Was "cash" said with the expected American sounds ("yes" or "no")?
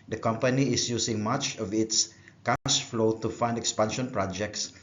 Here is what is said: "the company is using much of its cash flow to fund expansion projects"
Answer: no